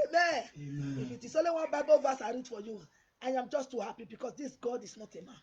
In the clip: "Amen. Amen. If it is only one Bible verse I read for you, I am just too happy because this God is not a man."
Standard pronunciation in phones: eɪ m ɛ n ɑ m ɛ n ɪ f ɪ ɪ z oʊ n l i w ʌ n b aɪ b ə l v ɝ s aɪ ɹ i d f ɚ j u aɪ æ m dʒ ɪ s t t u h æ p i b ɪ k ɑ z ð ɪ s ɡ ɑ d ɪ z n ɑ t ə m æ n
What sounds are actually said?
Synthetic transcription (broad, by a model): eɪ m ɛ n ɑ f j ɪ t ɪ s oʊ l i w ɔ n b aɪ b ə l v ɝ s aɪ ɹ i d f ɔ j u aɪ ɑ m dʒ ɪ s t t u h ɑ p i b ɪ k ɑ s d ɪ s ɡ ɑ d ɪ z n ɑ t ə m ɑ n